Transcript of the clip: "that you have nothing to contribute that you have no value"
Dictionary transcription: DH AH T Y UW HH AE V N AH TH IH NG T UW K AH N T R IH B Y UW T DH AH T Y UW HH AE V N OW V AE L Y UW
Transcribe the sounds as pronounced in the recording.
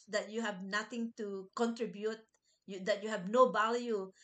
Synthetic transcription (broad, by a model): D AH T Y UW HH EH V N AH T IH NG T UW K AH N T R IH B Y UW T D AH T Y UW HH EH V N OW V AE L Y UW